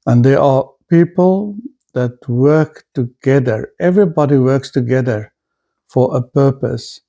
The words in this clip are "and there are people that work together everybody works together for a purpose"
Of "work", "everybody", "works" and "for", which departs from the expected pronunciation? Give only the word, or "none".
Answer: none